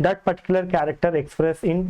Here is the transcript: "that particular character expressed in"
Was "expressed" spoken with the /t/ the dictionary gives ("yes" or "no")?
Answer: no